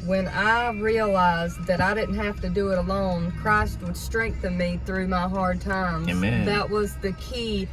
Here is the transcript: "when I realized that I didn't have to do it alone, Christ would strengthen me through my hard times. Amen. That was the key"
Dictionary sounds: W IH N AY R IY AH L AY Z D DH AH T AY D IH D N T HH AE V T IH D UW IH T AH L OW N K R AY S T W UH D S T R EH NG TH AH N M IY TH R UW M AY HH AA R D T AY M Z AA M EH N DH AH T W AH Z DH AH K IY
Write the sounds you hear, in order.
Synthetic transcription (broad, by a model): W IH N AY R IY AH L AY Z DH AH T AY D IH D N T HH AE F T IH D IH IH T AH L OW N K R AY S T W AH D S T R EH NG TH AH N M IY TH R UW M AY HH AA R D T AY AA M DH AH T W AH Z DH AH K IY